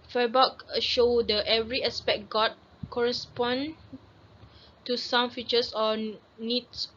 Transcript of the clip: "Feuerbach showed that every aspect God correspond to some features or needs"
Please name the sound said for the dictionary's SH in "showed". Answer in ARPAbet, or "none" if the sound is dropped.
SH